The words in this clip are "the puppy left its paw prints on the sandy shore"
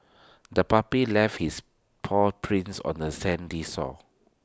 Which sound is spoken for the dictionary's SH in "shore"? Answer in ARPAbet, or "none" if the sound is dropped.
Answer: S